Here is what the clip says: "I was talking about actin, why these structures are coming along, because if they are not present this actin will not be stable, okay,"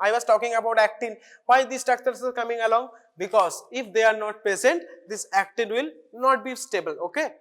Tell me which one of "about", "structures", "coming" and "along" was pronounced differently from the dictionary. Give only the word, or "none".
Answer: structures